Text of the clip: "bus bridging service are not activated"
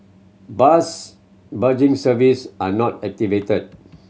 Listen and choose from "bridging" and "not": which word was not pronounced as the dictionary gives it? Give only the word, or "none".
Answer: bridging